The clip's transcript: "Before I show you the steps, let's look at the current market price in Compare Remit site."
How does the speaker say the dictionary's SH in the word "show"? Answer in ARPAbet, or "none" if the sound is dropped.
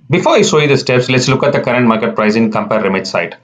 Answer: S